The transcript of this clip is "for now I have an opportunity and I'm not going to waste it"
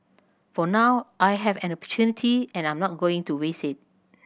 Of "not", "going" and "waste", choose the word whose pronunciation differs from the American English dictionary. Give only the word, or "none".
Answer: waste